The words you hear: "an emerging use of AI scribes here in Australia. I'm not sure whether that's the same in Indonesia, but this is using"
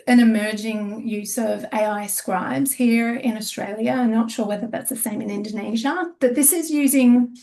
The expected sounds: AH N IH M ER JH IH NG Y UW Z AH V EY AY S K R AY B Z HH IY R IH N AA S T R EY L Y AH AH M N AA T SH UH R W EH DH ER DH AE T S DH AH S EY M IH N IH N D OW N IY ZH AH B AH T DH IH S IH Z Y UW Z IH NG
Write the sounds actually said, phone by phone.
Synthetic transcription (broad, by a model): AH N IH M ER JH IH NG Y UW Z AH V EY AY S K R AY B Z HH IY R IH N AA S T R EY L Y AH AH N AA T SH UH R W EH DH ER DH AE T S DH AH S EY M IH N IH N D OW N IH ZH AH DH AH T DH IH S IH Z Y UW Z IH NG